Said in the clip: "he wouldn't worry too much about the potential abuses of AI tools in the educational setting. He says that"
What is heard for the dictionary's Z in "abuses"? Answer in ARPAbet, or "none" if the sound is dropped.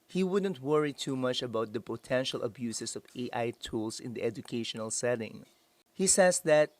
S